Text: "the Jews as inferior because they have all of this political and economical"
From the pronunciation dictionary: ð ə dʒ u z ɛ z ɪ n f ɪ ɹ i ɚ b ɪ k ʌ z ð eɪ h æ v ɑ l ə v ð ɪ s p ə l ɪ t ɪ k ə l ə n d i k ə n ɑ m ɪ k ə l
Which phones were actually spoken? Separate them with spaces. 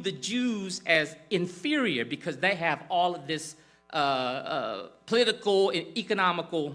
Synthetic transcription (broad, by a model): ð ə dʒ u z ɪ z ɪ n f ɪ ɹ i ɚ b ɪ k ʌ z ð eɪ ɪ v ɑ l ə v ð ɪ s p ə l ɪ t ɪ k l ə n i k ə n ɑ m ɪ k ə l